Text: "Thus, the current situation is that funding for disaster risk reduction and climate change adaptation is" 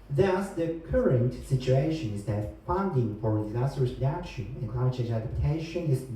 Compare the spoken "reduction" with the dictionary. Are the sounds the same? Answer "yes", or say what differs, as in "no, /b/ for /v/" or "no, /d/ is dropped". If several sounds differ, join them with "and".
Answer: no, /n/ is dropped